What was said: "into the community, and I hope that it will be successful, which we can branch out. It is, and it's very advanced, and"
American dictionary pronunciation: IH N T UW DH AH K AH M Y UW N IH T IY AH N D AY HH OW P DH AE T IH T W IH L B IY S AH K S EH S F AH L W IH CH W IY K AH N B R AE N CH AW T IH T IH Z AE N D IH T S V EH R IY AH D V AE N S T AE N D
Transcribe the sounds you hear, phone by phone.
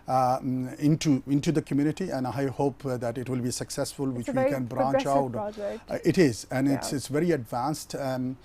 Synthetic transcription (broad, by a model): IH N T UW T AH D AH M Y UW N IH T IY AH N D AY HH OW P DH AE T IH T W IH L B IY S AH K S EH S F AH L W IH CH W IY K AH N B R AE N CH AW T IH T IH Z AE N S IH T S V EH R IY AH D V AE N S T